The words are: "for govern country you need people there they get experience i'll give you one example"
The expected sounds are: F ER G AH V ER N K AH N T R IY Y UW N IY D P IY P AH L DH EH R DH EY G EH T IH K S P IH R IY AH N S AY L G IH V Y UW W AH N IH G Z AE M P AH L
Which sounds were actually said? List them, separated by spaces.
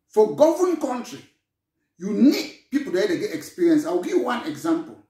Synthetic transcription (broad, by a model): F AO G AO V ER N K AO N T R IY Y UW N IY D P IY P AH L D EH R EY G EH T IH K S P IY R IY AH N S AY W G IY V Y UW W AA N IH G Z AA M P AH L